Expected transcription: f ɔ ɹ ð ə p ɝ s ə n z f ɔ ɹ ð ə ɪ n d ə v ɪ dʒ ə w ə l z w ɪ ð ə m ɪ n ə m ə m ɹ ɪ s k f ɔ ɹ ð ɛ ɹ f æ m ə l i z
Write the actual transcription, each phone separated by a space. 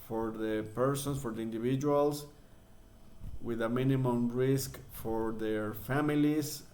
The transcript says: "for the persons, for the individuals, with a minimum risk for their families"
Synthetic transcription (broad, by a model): f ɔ ɹ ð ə p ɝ s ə n s f ɔ ɹ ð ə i n d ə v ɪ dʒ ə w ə l s w ɪ ð ə m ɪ n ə m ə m ɹ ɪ s k f ɔ ɹ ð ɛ ɹ f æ m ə l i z